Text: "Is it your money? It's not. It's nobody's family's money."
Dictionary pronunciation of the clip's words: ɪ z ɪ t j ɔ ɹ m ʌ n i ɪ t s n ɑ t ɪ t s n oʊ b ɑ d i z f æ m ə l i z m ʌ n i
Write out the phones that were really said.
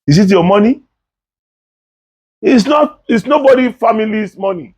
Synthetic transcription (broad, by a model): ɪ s ɪ t j ɔ m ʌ n i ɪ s n ɑ t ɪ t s n oʊ b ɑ d i f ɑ m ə l i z m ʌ n i